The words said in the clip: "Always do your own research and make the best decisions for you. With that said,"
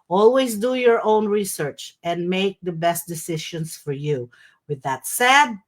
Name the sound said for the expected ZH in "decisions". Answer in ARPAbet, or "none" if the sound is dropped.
SH